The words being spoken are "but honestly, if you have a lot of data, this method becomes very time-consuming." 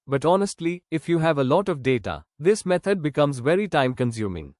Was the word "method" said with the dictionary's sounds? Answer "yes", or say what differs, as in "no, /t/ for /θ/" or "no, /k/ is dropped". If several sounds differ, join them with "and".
no, /t/ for /θ/